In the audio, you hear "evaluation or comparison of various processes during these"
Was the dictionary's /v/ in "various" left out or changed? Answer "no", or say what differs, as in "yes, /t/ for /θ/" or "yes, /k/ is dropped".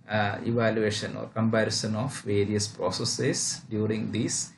no